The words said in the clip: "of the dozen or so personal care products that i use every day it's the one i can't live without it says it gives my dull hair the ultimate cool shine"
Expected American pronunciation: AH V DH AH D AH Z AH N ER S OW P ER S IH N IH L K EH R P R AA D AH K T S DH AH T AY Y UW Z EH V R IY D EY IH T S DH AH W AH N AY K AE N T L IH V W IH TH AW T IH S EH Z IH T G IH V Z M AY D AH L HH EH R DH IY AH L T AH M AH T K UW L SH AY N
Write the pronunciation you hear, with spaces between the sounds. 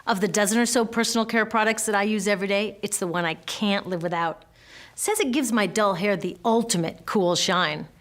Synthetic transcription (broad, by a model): AH V DH AH D AH Z AH N ER S OW P ER S N L K EH R P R AA D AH K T S DH AH T AY Y UW Z EH V R IY D EY IH T S DH AH W AH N AY K AE N T L IH V W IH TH AW T S EH Z IH T G IH V Z M AY D AH L HH EH R DH IY AH L T AH M AH T K UW L SH AY N